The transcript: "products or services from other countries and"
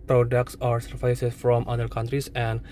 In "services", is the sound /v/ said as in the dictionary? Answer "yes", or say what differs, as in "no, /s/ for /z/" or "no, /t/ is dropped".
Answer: no, /f/ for /v/